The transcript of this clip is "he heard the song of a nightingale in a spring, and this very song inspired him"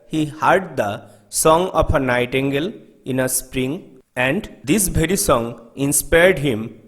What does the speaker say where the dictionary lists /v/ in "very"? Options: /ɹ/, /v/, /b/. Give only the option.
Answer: /b/